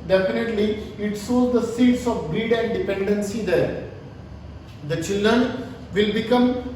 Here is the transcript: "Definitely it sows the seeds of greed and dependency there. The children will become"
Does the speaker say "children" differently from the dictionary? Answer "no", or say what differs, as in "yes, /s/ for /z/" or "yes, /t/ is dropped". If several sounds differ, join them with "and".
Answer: no